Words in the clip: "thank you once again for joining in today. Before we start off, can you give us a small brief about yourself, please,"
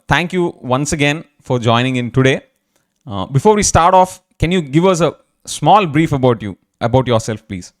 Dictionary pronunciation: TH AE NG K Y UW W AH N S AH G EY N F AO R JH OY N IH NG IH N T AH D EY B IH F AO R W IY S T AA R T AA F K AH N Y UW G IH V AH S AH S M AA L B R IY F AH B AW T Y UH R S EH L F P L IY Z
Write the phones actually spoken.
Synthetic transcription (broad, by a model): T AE NG K Y UW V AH N S AH G EY N F AO R JH OY N IH NG IH N T AH D EY B IH F AO R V IY S T AA R T AA F K AH N Y UW G IH V AH S AH S M AA L B R IY F AH B AW T Y UH R S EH L F P L IY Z